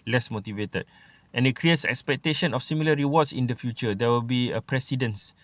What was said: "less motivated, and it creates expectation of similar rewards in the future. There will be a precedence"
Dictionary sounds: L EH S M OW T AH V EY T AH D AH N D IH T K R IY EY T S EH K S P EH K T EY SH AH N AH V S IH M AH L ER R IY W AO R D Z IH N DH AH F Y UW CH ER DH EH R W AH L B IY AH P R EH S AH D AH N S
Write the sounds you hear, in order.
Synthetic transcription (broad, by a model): L EH S M OW T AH V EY T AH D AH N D IH T K R IY EY T S EH K S P EH K T EY SH AH N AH F S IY M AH L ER R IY W AO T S IH N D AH F Y UW CH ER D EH W AH L B IY AH P R EH S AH D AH N S